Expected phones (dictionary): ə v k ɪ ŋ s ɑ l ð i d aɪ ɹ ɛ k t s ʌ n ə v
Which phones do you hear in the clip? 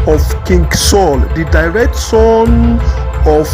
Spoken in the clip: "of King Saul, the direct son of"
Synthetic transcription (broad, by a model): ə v k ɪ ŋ s ɑ l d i d aɪ ɹ ɛ k t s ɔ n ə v